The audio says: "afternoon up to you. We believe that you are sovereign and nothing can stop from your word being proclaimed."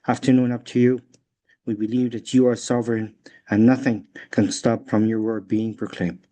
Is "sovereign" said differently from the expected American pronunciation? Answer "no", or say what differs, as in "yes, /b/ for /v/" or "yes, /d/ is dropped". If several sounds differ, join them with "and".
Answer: no